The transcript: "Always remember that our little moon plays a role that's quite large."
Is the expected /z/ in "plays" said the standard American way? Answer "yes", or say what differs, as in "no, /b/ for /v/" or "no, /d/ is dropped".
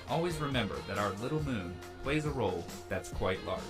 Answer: yes